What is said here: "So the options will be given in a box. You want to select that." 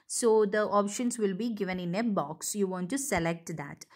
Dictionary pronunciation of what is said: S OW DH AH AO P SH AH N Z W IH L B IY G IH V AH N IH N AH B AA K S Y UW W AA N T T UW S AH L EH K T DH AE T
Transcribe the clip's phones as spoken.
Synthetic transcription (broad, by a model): S OW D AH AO P SH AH N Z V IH L B IY G IH V AH N IH N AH B AA K S Y UW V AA N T T UW S AH L EH K T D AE T